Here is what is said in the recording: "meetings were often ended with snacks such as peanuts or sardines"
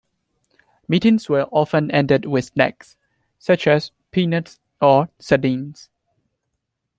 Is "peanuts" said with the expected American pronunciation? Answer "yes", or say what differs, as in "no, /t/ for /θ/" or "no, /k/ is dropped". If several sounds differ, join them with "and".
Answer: yes